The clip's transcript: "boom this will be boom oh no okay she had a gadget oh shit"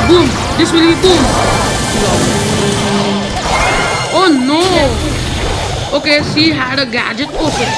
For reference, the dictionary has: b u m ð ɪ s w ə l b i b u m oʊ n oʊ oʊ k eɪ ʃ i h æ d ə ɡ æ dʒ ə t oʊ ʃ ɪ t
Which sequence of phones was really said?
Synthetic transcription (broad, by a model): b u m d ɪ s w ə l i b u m oʊ n oʊ oʊ k eɪ s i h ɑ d ə ɡ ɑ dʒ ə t oʊ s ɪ